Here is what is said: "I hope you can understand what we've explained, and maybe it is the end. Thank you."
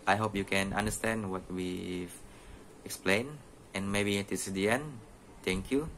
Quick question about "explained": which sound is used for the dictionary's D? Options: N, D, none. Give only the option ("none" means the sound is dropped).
none